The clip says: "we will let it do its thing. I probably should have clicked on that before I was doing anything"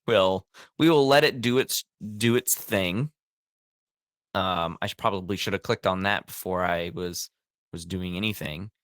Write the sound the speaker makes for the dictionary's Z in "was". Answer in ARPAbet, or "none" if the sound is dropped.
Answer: Z